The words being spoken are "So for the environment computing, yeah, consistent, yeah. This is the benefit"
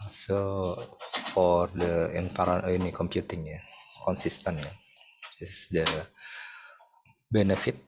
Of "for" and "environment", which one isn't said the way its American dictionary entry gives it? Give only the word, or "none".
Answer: environment